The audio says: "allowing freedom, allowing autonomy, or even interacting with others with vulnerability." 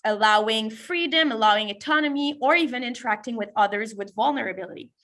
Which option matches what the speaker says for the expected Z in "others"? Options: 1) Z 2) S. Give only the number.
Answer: 1